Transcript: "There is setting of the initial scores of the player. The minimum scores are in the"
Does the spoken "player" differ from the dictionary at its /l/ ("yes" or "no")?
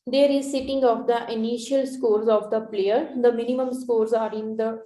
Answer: no